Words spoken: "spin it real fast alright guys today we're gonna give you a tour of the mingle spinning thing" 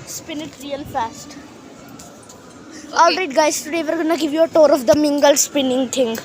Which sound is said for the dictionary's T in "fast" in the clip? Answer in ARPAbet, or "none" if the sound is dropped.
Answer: T